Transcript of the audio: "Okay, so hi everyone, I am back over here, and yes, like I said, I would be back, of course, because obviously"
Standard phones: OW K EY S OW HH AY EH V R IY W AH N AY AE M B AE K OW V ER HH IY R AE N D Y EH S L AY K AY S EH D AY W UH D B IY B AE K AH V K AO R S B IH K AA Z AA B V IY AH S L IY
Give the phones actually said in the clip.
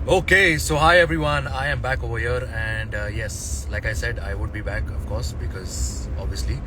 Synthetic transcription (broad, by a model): OW K EY S OW HH AY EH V R IY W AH N AY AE M B AE K OW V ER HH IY R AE N D Y EH S L AY K AY S EH D AY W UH D B IY B AE K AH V K AO R S B IH K AA Z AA B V IY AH S L IY